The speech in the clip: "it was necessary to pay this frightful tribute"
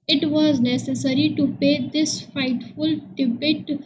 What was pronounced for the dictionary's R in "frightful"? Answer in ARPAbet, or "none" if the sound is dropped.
none